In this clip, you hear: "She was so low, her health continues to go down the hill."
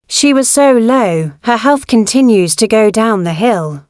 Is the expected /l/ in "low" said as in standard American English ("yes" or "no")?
yes